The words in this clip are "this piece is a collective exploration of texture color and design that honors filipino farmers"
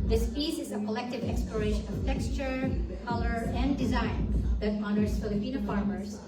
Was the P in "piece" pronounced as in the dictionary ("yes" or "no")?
no